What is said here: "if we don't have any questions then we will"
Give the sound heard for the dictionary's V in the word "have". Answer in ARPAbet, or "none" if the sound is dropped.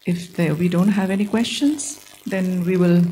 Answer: V